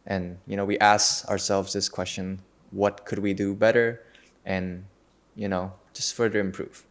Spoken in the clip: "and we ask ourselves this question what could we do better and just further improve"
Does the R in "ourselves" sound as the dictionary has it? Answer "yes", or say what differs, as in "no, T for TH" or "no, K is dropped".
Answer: yes